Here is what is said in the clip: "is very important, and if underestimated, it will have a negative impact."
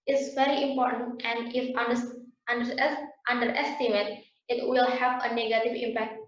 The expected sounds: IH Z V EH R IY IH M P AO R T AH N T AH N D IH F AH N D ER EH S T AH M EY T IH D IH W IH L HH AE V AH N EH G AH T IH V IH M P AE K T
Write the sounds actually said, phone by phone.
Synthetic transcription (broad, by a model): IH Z V EH R IY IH M P AO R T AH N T AH N D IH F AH N D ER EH S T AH M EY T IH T W IH L HH AE V AH N EH G AH T IH V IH M P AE K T